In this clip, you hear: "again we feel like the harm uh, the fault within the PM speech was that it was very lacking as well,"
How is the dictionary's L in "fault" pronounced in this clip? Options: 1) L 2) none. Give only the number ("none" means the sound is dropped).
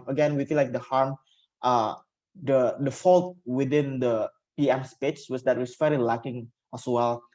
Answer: 1